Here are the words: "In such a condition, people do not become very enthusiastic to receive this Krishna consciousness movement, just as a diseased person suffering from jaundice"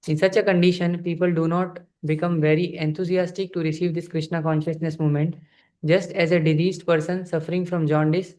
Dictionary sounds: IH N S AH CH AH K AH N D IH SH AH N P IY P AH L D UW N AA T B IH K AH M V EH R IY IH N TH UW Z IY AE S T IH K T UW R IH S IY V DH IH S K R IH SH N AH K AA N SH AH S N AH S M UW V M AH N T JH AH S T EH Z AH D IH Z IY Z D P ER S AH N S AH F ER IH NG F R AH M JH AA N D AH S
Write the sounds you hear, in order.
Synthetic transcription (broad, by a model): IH N S AH CH AH K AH N D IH SH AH N P IY P AH L D UW N AA T B IH K AH M V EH R IY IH N T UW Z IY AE S T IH K T UW R IH S IY V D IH S K R IH SH N AH K AA N SH AH S N AH S M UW M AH N T JH AH S T EH Z AH D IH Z IY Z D P ER S AH N S AH F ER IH NG F R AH M JH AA N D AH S